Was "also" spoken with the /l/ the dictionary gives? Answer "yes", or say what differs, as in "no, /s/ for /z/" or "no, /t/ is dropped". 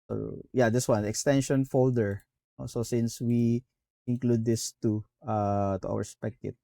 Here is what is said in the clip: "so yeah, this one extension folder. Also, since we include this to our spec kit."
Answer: no, /l/ is dropped